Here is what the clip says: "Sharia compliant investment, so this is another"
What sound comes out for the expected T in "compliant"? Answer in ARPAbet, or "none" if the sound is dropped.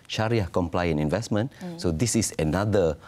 none